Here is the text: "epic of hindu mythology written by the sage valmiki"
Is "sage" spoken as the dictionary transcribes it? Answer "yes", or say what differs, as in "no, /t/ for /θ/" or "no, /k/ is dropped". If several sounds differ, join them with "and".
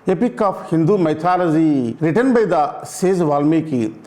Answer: no, /z/ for /dʒ/